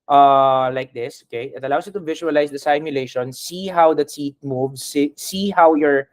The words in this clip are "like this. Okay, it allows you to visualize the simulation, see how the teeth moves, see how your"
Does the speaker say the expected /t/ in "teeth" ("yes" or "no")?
no